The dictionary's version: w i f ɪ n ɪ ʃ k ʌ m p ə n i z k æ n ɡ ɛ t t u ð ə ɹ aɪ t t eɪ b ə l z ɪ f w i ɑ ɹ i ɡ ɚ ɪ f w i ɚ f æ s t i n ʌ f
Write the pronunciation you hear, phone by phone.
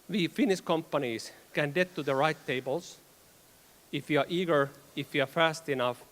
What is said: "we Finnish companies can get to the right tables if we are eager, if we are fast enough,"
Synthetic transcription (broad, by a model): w i f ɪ n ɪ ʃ k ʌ m p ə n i s k æ n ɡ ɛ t t u ð ə ɹ aɪ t t eɪ b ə l s ɪ f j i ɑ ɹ i ɡ ɚ ɪ f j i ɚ f æ s t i n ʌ f